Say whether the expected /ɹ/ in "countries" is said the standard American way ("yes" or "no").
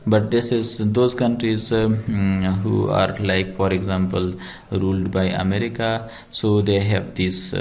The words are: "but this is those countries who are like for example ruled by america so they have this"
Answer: yes